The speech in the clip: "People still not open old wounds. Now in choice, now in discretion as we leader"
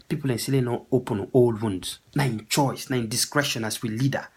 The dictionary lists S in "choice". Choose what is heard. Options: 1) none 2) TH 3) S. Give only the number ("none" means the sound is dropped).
3